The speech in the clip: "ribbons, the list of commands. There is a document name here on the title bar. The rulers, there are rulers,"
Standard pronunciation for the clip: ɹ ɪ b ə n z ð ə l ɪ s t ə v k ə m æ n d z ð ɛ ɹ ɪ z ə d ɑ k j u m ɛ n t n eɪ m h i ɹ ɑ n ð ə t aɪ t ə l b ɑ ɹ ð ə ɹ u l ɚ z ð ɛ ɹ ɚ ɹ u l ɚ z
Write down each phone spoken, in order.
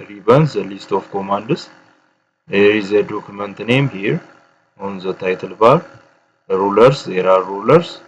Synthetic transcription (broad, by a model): ɹ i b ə n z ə l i s t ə f k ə m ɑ n d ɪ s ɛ ɹ ɪ z ə d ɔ k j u m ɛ n t n eɪ m h i ɹ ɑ n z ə t aɪ t ə l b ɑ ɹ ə ɹ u l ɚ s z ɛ ɹ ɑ ɹ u l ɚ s